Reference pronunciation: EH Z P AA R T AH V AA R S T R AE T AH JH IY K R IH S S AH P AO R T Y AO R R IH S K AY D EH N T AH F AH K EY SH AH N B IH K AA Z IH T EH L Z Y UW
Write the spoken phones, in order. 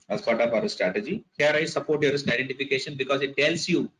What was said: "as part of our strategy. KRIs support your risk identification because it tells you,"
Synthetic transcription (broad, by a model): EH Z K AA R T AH P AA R S T R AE T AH JH IY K R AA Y S AH P AO R T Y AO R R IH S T AY D EH N T AH F AH K EY SH AH N B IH K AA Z IH T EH L S Y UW